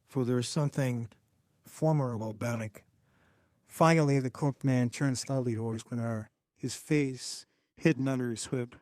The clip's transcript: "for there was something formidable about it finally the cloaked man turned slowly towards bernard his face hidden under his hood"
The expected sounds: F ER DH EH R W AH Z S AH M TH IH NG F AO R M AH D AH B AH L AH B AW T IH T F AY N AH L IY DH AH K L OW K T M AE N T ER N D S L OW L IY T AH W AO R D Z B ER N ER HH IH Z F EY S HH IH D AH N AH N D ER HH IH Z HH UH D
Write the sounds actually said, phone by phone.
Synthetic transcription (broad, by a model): F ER DH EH R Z S AH M TH IH NG F AO R M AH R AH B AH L B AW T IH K F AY AH L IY DH AH K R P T M AE N T ER N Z S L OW L IY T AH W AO R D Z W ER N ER HH IH Z F EY S HH IH D N AH N D ER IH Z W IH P